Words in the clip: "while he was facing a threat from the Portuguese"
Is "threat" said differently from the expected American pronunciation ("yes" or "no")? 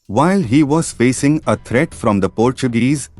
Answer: yes